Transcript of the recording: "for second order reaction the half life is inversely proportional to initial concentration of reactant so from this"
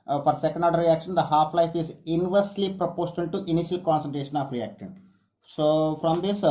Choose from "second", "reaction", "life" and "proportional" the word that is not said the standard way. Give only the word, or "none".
proportional